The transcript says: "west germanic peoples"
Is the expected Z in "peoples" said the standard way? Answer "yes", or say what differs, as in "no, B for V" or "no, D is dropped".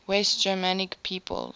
no, Z is dropped